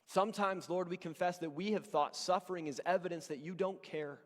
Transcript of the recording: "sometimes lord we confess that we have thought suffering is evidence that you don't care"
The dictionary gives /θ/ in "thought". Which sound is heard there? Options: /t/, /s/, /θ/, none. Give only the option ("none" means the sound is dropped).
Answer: /θ/